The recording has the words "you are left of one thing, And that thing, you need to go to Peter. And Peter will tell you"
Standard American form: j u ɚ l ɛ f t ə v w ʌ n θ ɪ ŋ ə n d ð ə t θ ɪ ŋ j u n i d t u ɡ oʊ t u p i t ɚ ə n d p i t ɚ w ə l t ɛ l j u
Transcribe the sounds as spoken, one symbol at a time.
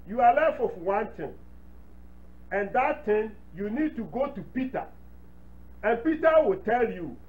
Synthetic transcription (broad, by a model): j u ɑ l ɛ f ə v w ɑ n t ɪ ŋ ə n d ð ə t t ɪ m j u n i d t u ɡ oʊ t u p i t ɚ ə n p i t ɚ w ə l t ɛ l j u